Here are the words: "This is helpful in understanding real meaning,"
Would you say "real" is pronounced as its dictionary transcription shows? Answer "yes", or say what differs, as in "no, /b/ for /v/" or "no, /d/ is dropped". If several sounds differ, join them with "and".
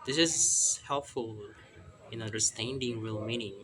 yes